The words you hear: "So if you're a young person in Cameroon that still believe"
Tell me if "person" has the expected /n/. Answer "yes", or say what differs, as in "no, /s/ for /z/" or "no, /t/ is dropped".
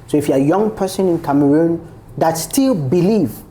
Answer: yes